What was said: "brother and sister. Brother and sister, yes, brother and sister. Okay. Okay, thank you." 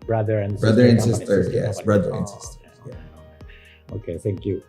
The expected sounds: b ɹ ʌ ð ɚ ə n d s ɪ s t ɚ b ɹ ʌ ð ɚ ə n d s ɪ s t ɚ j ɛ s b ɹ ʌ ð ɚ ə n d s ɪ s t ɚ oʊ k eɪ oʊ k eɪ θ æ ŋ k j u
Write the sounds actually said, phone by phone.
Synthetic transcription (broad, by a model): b ɹ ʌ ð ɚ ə n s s b ɹ ʌ ð ɚ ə n s ɪ s t ɚ j ɛ s b ɹ ʌ ð ɚ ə n s ɪ s t ɚ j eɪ oʊ k eɪ θ æ ŋ k j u